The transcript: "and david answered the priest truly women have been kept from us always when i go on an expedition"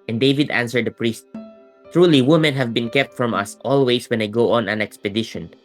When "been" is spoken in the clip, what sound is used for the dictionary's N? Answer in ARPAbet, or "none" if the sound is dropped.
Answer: N